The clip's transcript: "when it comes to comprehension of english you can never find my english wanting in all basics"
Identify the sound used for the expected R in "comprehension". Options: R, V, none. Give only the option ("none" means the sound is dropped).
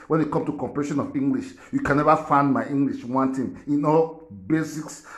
none